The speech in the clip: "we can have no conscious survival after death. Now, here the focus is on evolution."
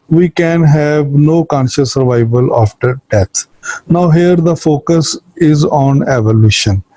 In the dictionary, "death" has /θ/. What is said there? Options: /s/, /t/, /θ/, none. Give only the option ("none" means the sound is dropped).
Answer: /t/